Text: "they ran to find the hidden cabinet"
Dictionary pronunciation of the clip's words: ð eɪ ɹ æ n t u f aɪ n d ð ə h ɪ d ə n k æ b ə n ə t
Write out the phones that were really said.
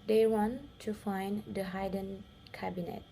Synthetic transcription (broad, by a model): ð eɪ w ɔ n t u f aɪ n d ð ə h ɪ d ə n k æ b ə n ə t